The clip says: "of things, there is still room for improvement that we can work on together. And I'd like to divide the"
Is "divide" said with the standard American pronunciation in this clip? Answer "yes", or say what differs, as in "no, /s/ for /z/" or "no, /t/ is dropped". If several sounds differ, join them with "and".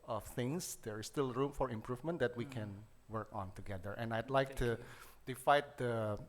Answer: no, /f/ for /v/